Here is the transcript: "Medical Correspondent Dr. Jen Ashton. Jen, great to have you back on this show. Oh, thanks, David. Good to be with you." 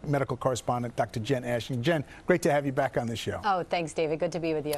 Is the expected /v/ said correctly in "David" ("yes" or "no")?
yes